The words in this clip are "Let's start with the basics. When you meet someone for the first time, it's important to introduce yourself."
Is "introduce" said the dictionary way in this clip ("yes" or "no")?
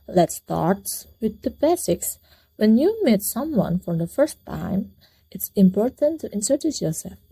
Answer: no